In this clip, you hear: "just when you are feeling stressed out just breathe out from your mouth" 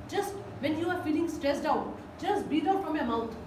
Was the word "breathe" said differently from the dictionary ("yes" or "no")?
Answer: yes